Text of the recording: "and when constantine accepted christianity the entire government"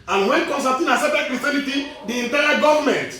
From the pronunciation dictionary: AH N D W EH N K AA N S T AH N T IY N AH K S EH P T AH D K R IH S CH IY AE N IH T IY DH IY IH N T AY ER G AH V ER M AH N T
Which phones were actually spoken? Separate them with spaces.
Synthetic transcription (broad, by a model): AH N W EH N K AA N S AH T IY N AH S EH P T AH K R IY S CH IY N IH T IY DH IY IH N T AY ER G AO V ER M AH N T